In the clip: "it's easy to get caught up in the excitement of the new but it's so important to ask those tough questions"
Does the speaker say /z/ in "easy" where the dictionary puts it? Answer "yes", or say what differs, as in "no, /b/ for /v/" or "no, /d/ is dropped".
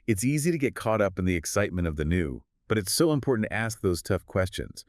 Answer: yes